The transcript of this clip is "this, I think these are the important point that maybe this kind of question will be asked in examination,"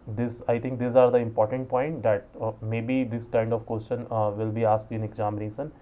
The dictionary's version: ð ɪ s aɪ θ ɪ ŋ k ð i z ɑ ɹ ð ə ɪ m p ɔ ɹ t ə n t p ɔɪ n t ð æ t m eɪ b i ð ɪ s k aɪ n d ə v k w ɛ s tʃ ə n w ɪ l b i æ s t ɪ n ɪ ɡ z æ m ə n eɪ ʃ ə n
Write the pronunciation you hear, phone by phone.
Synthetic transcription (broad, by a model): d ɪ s aɪ t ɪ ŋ k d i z ɑ ɹ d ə ɪ m p ɔ ɹ t ə n t p ɔɪ n t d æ t m eɪ b i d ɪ s k aɪ n d ə v k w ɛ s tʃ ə n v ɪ l b i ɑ s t ɪ n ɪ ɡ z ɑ m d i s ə n